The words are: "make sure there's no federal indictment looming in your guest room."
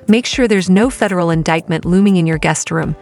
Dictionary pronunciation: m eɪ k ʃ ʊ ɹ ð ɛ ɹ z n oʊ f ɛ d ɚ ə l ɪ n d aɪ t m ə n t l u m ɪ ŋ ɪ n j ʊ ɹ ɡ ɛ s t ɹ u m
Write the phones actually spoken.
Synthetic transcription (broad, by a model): m eɪ k ʃ ʊ ɹ ð ɛ ɹ z n oʊ f ɛ d ɚ l ɪ n d aɪ t m ə n t l u m ɪ ŋ ɪ n j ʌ ɹ ɡ ɛ s t ɹ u m